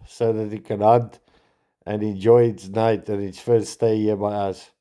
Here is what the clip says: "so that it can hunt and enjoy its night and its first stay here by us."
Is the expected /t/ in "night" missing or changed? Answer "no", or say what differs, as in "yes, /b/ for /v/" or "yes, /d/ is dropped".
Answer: no